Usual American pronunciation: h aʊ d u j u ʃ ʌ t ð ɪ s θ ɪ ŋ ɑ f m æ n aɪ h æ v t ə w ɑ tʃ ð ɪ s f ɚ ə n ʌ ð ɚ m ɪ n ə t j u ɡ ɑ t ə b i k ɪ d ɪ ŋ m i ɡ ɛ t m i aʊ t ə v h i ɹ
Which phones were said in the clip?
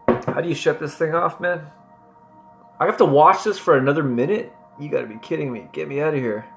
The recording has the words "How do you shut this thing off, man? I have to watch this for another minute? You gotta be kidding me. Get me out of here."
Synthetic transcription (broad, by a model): h aʊ d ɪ j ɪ ʃ ʌ t ð ɪ s θ ɪ ŋ ɑ f m æ n aɪ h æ f t ə w ɑ tʃ ð ɪ s f ɚ ə n ʌ ð ɚ m ɪ n ə t j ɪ ɡ ɑ t ə b i k ɪ d ɪ ŋ m i ɡ ɛ t m i aʊ t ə h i ɹ